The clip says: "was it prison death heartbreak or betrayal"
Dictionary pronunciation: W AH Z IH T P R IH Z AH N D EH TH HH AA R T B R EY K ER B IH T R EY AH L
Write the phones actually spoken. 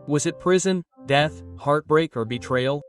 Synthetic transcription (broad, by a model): W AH Z IH T P R IH Z AH N D EH TH HH AA R T B R EY K ER B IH T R EY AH L